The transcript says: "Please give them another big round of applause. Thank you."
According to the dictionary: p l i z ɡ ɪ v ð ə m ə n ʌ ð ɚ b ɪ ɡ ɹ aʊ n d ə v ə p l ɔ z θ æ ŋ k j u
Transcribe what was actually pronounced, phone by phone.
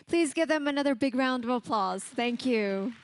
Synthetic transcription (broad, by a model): p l i z ɡ ɪ v ð ə m ə n ʌ ð ɚ b ɪ ɡ ɹ aʊ n d ə v ə p l ɔ z θ æ ŋ k j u